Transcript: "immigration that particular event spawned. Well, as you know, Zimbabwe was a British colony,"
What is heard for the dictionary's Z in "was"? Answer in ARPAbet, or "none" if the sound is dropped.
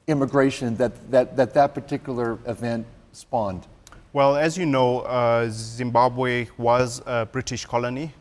Z